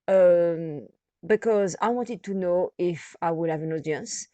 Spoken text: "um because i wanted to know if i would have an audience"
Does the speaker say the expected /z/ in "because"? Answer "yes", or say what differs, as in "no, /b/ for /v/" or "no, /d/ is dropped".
yes